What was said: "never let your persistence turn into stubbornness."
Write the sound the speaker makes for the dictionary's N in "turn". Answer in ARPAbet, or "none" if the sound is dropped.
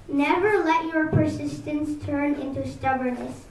N